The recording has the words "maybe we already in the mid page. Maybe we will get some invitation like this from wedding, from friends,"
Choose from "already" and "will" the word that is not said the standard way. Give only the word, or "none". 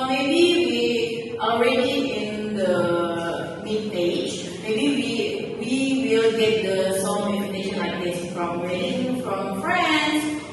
none